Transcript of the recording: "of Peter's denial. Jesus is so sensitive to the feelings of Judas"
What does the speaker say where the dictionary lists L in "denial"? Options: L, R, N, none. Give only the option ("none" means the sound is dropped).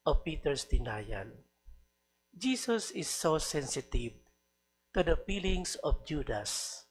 N